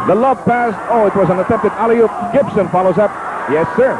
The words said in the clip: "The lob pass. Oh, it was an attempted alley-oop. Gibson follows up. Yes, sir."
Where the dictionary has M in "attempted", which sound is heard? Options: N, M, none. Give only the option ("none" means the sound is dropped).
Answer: none